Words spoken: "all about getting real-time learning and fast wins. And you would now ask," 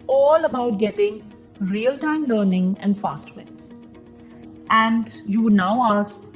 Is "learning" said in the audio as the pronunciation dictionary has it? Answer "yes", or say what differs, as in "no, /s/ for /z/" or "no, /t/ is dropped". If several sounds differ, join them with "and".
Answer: yes